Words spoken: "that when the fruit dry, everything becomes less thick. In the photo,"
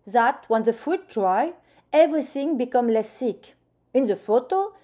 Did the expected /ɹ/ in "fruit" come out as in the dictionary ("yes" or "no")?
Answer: no